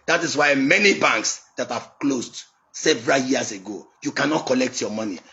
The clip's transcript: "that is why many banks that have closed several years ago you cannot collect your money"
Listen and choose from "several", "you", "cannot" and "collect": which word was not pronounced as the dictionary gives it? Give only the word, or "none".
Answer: none